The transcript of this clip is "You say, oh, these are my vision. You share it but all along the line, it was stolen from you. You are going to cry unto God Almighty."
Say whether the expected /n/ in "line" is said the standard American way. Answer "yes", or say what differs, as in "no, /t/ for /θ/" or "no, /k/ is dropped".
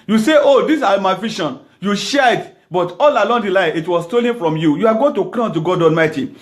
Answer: no, /n/ is dropped